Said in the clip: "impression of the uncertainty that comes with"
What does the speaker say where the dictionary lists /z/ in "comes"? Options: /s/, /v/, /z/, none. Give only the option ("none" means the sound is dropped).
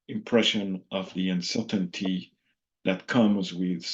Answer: /z/